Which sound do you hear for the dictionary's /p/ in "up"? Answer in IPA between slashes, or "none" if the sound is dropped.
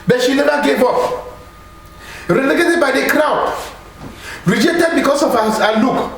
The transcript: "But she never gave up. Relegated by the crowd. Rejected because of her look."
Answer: /f/